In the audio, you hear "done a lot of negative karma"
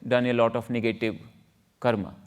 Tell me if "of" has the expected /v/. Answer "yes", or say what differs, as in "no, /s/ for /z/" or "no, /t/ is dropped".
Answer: no, /f/ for /v/